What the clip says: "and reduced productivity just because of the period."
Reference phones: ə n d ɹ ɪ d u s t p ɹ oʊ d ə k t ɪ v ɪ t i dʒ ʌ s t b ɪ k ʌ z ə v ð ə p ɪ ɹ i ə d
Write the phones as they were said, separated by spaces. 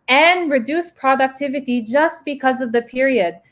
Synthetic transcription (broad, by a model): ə n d ɹ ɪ d u s p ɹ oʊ d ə k t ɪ v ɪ t i dʒ ʌ s t b ɪ k ʌ z ə v ð ə p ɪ ɹ i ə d